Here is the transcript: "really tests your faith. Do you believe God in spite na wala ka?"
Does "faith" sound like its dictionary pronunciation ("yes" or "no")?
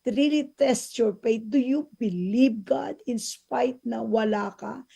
no